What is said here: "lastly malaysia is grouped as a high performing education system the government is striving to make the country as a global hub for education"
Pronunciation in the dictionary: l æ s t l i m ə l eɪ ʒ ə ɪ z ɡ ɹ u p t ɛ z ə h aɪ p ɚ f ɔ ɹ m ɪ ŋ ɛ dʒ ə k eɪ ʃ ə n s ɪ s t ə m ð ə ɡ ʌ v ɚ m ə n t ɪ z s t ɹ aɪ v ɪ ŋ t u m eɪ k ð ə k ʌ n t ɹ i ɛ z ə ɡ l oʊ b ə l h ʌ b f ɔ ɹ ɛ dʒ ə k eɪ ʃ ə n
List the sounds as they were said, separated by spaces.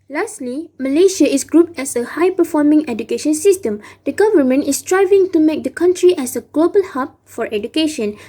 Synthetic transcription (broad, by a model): l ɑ s t l i m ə l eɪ ʃ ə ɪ s ɡ ɹ u p t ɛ s ə h aɪ p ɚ f ɔ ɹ m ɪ ŋ ɛ dʒ ə k eɪ ʃ ə n s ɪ s t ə m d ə ɡ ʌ v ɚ m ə n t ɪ s t ɹ aɪ v ɪ ŋ t u m eɪ k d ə k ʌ n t ɹ i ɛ s ə ɡ l oʊ b ə l h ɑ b f ɔ ɹ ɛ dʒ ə k eɪ ʃ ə n